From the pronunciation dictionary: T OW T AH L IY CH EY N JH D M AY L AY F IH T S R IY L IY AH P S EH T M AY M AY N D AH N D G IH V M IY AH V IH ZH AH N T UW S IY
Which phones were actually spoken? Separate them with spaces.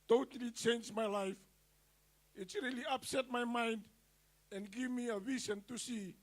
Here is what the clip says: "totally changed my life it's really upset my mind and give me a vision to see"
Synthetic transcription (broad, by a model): T OW T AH L IY CH EY N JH M AY L AY F IH T S R IY L IY AH P S EH T M AY M AY N D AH N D G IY V M IY AH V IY S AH N T UW S IY